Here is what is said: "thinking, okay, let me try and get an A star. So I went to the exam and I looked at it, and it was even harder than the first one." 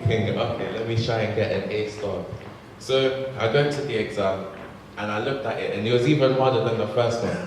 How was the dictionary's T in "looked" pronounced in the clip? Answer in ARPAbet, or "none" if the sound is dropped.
T